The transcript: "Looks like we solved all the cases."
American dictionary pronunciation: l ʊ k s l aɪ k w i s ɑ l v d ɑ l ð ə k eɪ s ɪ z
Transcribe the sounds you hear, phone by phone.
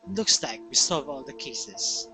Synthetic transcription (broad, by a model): l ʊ k s l aɪ k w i s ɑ v ɑ l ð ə k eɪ s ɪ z